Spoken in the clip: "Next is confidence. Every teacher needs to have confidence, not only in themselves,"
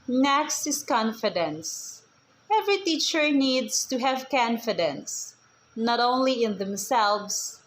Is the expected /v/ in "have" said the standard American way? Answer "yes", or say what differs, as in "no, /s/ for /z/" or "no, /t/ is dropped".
yes